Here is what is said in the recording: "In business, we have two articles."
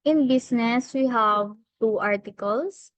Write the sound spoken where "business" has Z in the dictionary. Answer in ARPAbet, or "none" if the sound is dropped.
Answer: S